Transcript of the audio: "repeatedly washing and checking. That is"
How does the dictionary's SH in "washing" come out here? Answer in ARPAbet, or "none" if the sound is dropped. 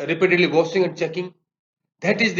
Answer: S